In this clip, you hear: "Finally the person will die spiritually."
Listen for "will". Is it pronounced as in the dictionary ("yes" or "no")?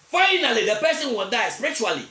no